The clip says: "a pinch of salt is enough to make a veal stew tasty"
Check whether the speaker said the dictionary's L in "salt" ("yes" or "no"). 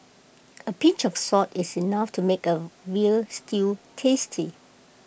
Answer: no